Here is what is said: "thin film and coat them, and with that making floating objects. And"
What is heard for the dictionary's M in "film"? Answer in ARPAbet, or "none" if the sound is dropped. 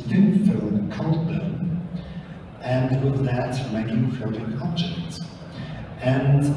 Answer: none